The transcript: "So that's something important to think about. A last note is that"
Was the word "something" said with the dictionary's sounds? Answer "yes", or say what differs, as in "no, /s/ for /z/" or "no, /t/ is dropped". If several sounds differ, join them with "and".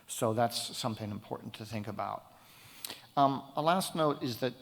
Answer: yes